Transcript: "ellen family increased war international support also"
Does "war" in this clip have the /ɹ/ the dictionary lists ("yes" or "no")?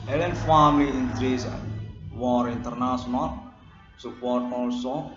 yes